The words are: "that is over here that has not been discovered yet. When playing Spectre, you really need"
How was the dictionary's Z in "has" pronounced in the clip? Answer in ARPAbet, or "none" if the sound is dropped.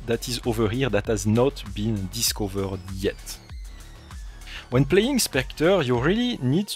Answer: Z